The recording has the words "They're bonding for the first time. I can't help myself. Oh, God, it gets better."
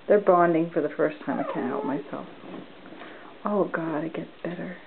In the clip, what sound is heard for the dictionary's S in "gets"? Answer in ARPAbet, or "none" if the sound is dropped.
none